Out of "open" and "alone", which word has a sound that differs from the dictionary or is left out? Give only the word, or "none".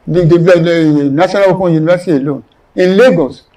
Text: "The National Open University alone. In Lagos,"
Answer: none